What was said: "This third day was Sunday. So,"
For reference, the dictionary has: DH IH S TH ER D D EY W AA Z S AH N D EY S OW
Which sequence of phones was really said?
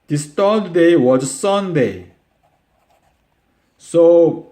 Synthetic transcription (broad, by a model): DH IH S T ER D D EY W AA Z S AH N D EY S OW